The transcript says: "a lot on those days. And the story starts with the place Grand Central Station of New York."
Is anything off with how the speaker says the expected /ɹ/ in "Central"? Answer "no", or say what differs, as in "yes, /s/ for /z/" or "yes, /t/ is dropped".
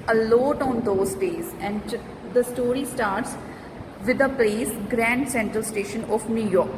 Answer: no